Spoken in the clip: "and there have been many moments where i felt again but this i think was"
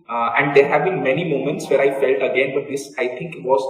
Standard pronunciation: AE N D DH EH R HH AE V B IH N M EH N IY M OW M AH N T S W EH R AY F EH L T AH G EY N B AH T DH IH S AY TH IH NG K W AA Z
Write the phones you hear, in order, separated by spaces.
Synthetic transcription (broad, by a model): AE N D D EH R HH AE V B IH N M EH N IY M OW M AH N T S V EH R AY F EH L T AH G EY N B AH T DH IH S AY T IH NG K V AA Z